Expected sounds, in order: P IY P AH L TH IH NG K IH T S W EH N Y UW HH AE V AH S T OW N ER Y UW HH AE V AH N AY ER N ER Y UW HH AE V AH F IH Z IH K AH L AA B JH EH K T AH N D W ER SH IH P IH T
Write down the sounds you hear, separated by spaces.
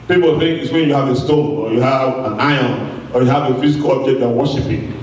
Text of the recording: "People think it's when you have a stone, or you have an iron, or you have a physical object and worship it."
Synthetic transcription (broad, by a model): P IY P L TH IH NG K IH T S W EH N Y UW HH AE V AH S T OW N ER Y UW HH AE V AH N AY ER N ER Y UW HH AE V AH F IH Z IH K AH L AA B JH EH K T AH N W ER SH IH P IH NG